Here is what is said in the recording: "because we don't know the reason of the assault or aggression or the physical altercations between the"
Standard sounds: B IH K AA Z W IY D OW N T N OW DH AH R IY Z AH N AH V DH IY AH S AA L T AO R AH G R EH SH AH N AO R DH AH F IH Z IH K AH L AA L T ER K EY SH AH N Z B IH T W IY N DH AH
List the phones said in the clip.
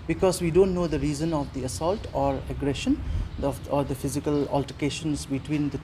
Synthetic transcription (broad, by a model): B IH K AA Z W IY D OW N T N OW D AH R IY Z AH N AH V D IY AH S AA L T AO R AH G R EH SH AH N AO R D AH F IH Z IH K AH L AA L T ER K EY SH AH N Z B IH T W IY N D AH